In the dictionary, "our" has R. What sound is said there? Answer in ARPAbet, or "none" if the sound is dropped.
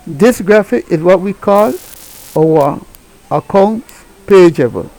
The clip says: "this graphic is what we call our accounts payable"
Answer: W